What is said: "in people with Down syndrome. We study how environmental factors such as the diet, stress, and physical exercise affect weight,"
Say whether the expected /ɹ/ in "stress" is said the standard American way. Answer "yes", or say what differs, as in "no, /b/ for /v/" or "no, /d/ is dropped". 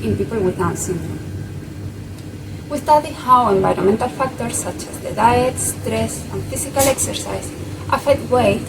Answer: yes